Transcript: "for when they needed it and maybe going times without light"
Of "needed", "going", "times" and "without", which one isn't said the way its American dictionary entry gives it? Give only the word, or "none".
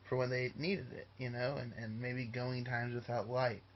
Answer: none